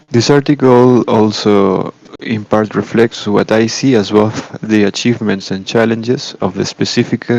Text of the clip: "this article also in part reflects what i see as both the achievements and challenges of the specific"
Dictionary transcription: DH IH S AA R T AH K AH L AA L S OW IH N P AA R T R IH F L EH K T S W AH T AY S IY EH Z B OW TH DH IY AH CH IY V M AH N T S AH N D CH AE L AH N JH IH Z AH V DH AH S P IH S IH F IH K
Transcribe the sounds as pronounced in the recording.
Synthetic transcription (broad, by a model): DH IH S AA R T AH K AH L AA L S OW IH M P AA R T R IH F L EH K T S W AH T AY S IY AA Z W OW F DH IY AH CH IY V M AH N T S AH N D CH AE L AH N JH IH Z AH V DH AH S P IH S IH F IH K